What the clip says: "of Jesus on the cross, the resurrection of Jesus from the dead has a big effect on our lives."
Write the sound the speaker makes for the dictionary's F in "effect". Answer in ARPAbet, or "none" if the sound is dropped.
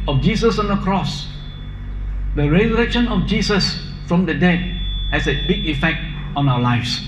F